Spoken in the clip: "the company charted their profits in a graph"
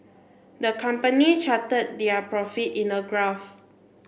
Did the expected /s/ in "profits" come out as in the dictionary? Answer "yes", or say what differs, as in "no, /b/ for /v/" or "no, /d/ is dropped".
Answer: no, /s/ is dropped